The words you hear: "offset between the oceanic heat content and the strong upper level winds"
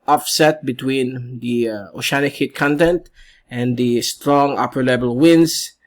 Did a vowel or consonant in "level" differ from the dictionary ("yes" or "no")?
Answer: yes